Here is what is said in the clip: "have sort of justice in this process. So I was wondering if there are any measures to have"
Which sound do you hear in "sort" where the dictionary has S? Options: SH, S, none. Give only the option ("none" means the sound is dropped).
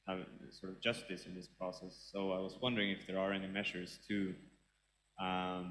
S